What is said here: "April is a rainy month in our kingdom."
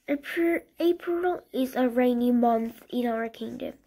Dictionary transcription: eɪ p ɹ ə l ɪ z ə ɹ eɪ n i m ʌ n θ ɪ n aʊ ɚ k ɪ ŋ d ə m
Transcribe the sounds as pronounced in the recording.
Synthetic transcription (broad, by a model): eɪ p ɹ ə l ɪ z ə ɹ eɪ n i m ʌ n θ ɪ n aʊ ɚ k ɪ ŋ d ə m